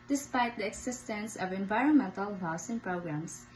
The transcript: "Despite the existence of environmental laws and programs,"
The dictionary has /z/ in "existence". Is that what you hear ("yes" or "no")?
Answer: no